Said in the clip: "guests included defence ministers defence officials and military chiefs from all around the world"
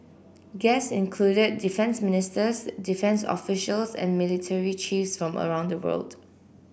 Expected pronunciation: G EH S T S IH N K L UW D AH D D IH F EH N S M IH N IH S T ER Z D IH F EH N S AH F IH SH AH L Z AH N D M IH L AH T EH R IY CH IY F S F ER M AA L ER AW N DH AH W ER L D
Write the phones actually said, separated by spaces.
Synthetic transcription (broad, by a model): G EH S S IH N K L UW D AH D D IH F EH N S M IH N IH S T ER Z D IH F EH N S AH F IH SH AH L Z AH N M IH L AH T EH R IY CH IY F S F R AA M ER AW N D AH W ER L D